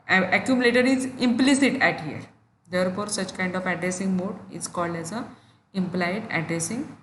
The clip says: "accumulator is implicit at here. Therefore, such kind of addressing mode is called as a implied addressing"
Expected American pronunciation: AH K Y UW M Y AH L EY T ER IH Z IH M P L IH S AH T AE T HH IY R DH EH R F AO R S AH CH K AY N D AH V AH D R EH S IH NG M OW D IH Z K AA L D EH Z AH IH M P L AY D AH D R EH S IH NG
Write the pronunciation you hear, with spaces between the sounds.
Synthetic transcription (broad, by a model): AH K Y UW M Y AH L EY T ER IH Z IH M P L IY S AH T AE T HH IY R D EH R F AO R S AH CH K AY N D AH F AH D R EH S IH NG M OW D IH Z K AA L D EH Z AH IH M P L AY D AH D R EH S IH NG